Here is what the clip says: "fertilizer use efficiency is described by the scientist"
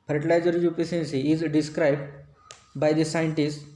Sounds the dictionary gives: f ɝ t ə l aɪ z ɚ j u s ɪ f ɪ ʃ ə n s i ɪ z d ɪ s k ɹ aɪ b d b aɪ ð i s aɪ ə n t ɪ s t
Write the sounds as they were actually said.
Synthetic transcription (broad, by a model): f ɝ t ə l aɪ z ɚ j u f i s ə n s i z d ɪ s k ɹ aɪ b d b aɪ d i s aɪ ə n t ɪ s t